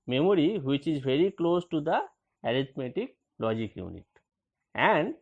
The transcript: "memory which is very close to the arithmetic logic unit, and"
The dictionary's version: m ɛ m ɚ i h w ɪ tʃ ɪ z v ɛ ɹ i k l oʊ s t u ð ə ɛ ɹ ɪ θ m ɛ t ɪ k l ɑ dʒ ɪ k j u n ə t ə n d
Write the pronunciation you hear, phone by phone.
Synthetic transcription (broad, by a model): m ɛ m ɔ i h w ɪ tʃ ɪ z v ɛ ɹ i k l oʊ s t u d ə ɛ ɹ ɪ t m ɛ t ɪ k l ɑ dʒ ɪ k j u n ə t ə n d